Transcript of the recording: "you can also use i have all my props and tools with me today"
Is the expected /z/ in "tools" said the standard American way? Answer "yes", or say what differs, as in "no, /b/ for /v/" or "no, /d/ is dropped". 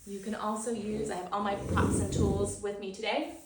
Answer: yes